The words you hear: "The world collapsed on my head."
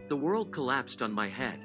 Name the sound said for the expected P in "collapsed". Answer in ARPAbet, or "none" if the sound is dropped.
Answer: P